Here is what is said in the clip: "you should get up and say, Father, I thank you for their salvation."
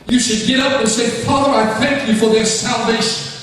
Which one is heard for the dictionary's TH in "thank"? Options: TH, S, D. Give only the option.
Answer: TH